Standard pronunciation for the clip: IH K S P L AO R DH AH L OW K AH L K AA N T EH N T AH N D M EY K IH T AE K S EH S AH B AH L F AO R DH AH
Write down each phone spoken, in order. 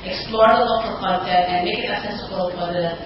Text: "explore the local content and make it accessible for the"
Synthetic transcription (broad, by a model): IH K S P L AO R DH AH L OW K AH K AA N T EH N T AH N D M EY K IH T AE S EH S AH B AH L F AO R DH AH